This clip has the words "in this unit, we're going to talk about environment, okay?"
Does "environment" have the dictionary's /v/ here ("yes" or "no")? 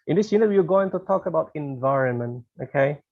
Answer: yes